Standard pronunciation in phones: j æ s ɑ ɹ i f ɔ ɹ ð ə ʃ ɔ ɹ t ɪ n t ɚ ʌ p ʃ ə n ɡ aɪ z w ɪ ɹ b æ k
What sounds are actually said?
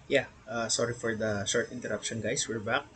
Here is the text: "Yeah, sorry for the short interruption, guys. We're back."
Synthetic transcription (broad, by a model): j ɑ s ɑ ɹ i f ɔ ɹ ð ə ʃ ɔ ɹ t ɪ n t ɚ ʌ p ʃ ə n ɡ aɪ s w ɪ ɹ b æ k